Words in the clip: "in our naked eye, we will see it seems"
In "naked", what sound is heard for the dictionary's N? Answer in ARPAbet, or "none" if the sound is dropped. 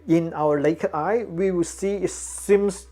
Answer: L